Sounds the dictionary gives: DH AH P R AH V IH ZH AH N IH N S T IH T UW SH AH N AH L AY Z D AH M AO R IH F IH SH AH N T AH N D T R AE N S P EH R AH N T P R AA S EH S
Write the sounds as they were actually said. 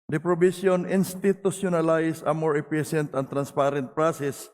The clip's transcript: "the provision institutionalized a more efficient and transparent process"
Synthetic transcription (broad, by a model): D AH P R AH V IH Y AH N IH N S T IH T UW S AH N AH L AY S AH M AO R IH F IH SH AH N T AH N T R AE N S P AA R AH N T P R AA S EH S